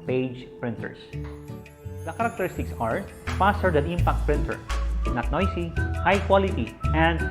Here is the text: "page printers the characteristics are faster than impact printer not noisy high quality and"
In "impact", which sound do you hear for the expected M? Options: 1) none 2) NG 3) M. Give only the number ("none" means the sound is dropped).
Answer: 3